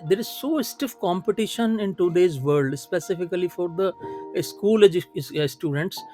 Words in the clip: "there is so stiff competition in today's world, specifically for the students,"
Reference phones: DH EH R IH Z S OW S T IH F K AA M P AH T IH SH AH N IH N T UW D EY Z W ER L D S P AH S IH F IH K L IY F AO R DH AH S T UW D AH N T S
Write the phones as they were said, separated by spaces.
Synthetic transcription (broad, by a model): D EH R IH Z S OW S T IH F K AA M P AH T IH SH AH N IH N T UW D EY Z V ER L D S P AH S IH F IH K L IY F AO R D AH S T UW D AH N T S